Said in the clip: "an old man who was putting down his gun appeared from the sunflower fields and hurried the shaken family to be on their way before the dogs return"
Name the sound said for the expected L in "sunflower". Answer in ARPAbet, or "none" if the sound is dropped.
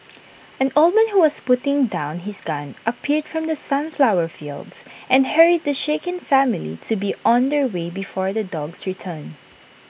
L